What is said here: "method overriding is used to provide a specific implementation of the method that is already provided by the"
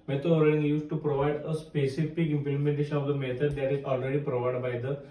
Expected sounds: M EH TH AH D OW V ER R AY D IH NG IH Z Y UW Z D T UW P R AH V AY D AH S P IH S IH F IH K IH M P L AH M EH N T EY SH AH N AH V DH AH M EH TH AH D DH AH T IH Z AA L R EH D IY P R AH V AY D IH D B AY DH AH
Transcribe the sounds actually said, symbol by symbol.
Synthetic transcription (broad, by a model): M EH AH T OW ER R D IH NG Y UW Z T UW P R AH V AY D AH S P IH S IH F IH K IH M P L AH M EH N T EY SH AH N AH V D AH M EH T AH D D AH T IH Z AA L R EH D IY P R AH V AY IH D B AY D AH